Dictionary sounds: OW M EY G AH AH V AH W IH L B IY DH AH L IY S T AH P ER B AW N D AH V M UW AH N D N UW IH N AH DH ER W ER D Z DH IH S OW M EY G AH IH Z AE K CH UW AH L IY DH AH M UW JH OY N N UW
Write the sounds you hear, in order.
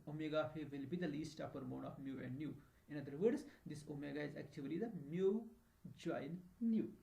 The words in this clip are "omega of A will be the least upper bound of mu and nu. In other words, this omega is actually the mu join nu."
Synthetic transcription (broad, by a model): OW M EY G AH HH AH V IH L B IY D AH L IY S T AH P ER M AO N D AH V M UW AH N D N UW IH N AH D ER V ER D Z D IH S OW M EY G AH IH Z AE K CH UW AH L IY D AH M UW JH OY N N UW